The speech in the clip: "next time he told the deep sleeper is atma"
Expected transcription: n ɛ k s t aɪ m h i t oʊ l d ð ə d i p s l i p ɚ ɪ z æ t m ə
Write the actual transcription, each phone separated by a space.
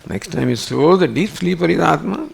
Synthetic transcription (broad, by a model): n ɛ k s t aɪ m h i s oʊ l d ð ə d i p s l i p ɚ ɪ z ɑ t m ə